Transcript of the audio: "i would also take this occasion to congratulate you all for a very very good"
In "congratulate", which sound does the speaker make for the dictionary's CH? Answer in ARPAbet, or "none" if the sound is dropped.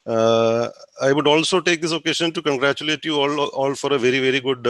CH